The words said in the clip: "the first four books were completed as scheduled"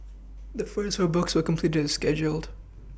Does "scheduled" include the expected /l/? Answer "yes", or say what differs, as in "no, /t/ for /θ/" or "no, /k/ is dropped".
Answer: yes